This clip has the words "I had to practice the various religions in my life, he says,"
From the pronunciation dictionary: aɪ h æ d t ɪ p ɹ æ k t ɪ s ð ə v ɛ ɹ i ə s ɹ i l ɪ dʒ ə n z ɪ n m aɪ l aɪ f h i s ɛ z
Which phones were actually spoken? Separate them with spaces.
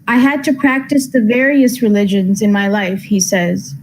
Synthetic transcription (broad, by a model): aɪ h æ d t ɪ p ɹ æ k t ɪ s ð ə v ɛ ɹ i ə s ɹ i l ɪ dʒ ə n z ɪ n m aɪ l aɪ f h i s ɛ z